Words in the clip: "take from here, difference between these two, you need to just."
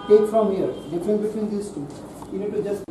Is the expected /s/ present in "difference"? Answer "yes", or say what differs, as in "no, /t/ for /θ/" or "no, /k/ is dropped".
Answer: no, /s/ is dropped